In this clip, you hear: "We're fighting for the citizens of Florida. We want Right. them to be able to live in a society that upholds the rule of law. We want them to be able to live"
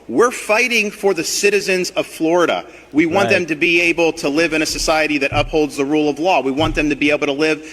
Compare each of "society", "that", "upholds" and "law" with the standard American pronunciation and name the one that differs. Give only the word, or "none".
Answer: none